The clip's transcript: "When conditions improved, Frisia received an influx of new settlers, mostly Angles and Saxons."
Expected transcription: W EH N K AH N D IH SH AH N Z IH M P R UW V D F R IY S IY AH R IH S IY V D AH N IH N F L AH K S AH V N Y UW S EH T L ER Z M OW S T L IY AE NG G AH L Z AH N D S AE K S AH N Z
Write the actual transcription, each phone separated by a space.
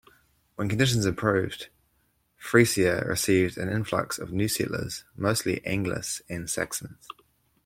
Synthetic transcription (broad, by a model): W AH N K AH N D IH SH AH N Z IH P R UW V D F R IY S IY AH R IH S IY V D AH N IH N F L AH K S AH V N Y UW S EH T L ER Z M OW S T L IY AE NG G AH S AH N S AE K S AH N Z